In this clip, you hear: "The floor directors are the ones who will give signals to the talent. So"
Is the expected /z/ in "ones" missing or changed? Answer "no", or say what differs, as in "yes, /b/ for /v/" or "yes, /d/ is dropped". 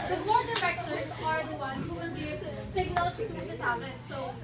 yes, /z/ is dropped